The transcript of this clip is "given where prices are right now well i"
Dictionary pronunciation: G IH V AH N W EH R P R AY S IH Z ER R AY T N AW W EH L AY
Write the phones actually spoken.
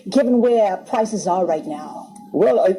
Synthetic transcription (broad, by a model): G IH V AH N W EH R P R AY S IH Z ER R AY T N AW W EH L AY